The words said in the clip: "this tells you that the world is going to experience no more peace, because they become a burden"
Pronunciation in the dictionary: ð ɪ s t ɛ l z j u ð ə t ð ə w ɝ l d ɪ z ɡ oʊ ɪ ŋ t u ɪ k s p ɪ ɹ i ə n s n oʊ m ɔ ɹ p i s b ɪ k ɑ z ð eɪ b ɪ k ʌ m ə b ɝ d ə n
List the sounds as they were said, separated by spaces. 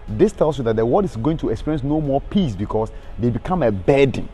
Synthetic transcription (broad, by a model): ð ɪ s t ɛ l s j u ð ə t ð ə w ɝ d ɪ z ɡ oʊ ɪ ŋ t u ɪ k s p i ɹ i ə n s n oʊ m ɔ p i s b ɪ k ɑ s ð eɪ b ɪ k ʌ m ə b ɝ d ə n